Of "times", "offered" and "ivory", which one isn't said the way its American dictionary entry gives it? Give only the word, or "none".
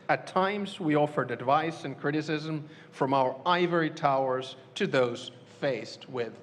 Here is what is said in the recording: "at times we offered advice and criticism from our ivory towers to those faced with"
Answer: none